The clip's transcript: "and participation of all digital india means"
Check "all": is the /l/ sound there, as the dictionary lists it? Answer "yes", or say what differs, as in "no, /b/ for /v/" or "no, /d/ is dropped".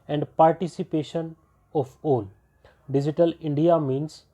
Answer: no, /n/ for /l/